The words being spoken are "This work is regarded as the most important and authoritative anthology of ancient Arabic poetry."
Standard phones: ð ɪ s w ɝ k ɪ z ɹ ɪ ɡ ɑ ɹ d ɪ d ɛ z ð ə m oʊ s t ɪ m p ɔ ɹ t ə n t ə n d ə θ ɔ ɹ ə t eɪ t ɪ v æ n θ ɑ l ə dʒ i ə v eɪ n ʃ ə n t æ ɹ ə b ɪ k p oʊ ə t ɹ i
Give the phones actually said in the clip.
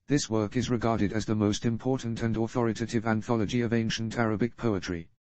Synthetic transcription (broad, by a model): ð ɪ s w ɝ k ɪ z ɹ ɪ ɡ ɑ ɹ d ɪ d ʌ z ð ə m oʊ s t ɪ m p ɔ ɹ t n t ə n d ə θ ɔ ɹ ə t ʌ t ɪ v æ n θ ɑ l ə dʒ i ə v eɪ n ʃ ə n t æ ɹ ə b ɪ k p oʊ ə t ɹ i